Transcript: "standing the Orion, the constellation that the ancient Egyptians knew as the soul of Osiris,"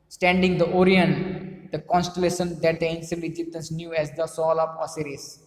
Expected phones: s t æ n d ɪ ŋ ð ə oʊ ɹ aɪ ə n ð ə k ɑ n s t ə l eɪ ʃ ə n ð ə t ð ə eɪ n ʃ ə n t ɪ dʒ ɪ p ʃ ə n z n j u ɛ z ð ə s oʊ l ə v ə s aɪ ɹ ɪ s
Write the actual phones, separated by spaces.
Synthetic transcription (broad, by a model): s t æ n d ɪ ŋ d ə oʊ ɹ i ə n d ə k ɑ n s t ə l eɪ ʃ ə n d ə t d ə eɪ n s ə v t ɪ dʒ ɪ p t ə n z n j u ɛ z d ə s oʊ l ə p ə s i ɹ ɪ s